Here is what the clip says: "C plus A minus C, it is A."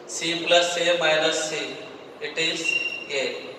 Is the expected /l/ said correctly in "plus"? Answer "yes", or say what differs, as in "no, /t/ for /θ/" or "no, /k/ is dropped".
yes